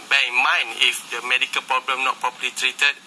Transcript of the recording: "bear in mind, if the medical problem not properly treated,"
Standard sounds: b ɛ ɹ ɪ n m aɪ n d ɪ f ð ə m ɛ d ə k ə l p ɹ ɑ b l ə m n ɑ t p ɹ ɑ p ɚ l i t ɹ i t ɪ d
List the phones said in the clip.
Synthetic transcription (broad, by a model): b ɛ ɪ n m aɪ n ɪ f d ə m ɛ d ə k ə l p ɹ ɑ b l ə m n ɑ t p ɹ ɑ p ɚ l i t ɹ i t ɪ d